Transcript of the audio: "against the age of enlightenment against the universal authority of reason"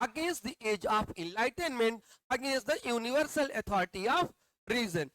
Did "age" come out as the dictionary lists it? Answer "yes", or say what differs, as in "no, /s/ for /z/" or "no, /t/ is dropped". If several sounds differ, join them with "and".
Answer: yes